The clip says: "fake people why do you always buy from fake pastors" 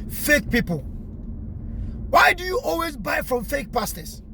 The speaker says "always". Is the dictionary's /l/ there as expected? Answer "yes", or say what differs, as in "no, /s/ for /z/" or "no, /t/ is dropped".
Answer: yes